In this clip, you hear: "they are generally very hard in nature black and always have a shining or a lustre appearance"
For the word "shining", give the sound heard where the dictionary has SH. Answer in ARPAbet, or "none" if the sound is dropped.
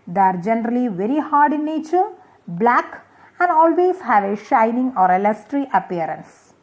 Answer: SH